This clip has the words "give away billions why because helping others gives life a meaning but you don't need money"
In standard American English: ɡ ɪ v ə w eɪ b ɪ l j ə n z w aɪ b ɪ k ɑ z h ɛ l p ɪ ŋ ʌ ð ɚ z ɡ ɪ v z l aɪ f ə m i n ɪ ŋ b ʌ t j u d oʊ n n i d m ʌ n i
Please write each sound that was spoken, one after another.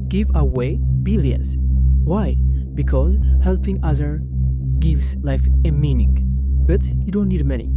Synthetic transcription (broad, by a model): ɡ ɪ v ə w eɪ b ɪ l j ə z w aɪ b ɪ k ɑ z h ɛ l p ɪ ŋ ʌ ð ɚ ɡ ɪ v z l aɪ f ə m i n ɪ ŋ b ʌ t j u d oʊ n n i d m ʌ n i